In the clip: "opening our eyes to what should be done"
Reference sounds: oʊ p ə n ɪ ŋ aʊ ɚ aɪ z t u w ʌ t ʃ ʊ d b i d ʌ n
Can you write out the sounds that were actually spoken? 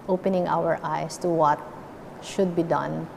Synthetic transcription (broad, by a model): oʊ p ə n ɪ ŋ aʊ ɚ aɪ s t u w ʌ t ʃ ʊ d b i d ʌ n